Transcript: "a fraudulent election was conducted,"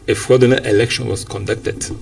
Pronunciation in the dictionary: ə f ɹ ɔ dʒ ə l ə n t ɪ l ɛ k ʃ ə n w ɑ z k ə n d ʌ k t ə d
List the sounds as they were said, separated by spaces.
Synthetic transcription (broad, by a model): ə f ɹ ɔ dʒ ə n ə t ɪ l ɛ k ʃ ə n w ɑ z k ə n d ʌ k t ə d